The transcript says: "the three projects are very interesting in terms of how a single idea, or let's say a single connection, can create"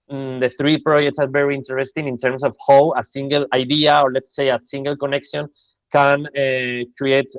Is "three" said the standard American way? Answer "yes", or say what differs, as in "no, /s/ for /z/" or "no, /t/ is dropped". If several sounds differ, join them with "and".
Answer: yes